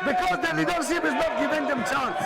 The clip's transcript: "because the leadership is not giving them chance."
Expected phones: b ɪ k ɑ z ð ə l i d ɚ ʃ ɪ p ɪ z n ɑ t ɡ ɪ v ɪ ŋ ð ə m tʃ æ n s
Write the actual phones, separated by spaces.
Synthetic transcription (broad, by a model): b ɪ k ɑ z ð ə n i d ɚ s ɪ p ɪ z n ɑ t ɡ ɪ v ɪ ŋ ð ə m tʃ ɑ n